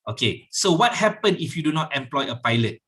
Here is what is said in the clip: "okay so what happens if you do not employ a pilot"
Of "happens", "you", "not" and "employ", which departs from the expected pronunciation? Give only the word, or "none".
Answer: happens